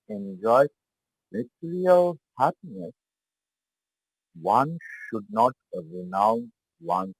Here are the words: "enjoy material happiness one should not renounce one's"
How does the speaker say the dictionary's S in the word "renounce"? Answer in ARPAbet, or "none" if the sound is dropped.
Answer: none